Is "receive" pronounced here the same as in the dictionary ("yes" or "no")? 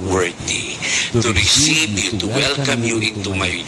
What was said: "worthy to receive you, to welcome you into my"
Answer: no